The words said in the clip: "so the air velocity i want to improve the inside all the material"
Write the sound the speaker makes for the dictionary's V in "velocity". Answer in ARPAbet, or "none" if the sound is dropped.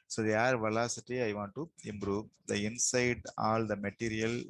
V